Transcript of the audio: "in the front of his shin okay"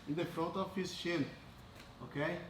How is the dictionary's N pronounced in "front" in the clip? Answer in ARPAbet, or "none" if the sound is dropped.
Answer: none